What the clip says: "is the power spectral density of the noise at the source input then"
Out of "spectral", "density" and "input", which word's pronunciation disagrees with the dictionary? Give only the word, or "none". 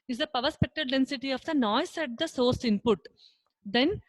spectral